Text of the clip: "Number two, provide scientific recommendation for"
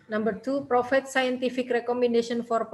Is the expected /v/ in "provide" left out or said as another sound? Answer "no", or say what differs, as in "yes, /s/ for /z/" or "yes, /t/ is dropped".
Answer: yes, /f/ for /v/